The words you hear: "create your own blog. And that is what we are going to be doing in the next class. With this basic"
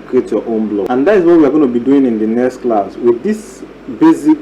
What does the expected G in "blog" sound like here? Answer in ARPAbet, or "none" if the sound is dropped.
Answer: none